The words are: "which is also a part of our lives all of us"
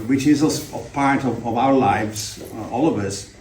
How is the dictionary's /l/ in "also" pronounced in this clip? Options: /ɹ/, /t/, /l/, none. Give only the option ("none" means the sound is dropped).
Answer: none